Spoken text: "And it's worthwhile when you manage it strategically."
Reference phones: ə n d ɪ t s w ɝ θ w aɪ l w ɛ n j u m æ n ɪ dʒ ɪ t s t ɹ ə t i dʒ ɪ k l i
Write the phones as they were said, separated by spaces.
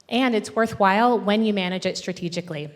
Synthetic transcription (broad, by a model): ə n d ɪ t s w ɝ θ w aɪ l w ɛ n j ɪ m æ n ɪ dʒ ɪ t s t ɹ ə t i dʒ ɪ k l i